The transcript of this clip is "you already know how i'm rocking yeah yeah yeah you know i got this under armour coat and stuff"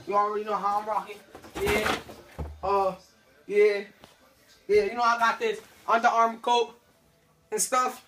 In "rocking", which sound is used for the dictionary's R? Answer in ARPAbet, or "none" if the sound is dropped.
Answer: R